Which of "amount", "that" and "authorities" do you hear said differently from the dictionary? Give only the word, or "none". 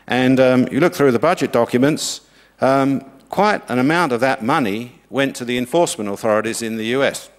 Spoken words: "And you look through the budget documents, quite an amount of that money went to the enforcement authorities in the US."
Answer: none